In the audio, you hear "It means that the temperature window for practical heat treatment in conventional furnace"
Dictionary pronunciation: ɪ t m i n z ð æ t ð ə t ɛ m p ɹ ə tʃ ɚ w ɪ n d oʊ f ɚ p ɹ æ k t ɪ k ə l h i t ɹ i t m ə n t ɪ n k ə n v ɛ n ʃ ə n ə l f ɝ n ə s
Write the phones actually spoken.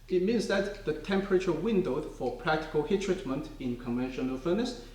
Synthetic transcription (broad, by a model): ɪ t m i n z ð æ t ð ə t ɛ m p ɹ ə tʃ ɚ w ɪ n d oʊ f ɚ p ɹ æ k t ɪ k ə l h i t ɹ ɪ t m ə n t ɪ n k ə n v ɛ n ʃ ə n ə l f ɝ n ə s